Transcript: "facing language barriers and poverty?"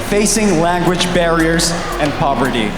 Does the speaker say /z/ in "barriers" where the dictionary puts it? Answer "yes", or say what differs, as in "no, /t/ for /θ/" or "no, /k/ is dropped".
yes